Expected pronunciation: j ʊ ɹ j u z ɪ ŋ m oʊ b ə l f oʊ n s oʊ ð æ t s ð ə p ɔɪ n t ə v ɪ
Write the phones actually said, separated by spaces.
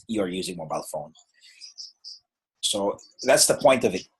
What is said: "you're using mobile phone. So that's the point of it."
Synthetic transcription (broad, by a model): j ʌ ɹ j u z ɪ ŋ m oʊ b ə l f oʊ n s oʊ ð æ t s ð ə p ɔɪ n t ə v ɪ